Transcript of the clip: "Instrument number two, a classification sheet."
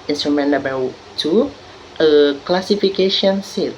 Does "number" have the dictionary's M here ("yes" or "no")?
no